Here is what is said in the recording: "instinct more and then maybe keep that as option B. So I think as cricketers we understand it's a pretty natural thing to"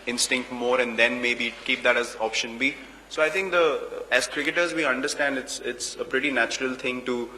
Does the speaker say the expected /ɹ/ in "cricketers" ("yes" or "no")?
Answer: yes